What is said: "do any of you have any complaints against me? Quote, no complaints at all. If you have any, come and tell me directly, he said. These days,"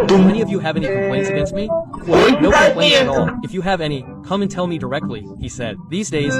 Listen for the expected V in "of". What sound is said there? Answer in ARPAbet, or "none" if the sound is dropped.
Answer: V